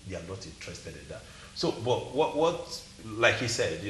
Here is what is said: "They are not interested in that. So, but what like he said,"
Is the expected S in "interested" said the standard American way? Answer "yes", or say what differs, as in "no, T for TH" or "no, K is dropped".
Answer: yes